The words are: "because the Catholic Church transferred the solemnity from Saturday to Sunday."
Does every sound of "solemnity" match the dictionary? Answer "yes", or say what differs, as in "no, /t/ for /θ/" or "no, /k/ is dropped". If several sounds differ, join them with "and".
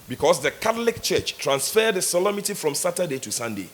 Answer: no, /n/ is dropped